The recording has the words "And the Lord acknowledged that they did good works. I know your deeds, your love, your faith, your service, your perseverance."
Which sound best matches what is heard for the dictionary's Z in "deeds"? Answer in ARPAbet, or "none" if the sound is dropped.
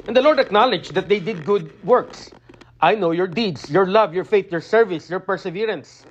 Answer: S